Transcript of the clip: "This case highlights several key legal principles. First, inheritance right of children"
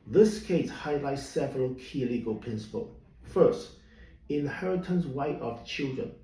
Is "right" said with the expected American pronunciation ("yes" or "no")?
no